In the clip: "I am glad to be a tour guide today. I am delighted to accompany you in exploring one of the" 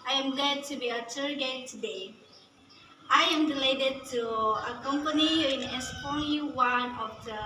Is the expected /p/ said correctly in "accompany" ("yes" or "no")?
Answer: yes